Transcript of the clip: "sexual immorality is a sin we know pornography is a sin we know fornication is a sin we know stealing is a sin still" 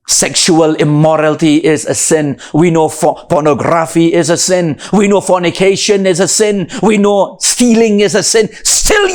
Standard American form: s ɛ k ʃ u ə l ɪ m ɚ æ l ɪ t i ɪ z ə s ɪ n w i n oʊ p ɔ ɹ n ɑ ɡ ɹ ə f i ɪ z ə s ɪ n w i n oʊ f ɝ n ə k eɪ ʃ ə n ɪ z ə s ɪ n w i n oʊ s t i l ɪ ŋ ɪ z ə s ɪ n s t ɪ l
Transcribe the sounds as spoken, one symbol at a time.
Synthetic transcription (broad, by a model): s ɛ k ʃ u ə l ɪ m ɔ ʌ l t i ɪ z ə s ɪ n w i n oʊ f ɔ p n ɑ ɡ ɹ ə f i ɪ z ə s ɪ n w i n oʊ f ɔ n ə k eɪ ʃ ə n ɪ z ə s ɪ n w i n oʊ s t i l ɪ ŋ ɪ z ə s ɪ n s t ɪ l